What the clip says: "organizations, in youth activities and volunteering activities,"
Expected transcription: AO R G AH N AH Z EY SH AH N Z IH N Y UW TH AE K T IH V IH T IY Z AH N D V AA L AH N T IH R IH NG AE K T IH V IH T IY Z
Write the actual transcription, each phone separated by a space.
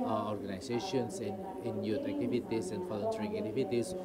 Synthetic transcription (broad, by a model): AO R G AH N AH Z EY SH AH N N IH N Y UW T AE K T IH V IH T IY S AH N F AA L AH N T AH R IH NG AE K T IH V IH T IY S